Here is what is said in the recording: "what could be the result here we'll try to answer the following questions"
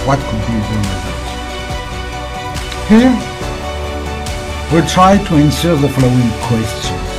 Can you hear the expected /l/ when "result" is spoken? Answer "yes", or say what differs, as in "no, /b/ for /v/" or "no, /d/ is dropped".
no, /l/ is dropped